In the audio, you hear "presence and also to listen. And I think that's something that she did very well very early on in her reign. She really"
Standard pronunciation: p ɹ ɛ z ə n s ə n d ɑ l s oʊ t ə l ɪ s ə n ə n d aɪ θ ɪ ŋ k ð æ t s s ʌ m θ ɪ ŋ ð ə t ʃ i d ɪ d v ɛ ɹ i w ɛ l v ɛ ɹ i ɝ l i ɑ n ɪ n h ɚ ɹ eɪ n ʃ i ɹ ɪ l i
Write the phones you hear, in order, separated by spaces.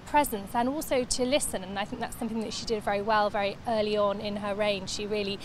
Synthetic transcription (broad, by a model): p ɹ ɛ z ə n s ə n ɑ l s oʊ t ə l ɪ s ə n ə n aɪ θ ɪ ŋ k ð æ t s s ʌ m θ ɪ ŋ ð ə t ʃ i d ɪ d v ɛ ɹ i w ɛ l v ɛ ɹ i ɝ l i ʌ n ɪ n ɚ ɹ eɪ n ʃ i ɹ ɪ l i